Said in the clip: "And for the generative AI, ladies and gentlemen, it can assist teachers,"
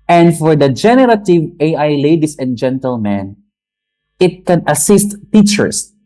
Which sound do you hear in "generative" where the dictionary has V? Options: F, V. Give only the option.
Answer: V